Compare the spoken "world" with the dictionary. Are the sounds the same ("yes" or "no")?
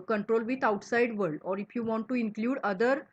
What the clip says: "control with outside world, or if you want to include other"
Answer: no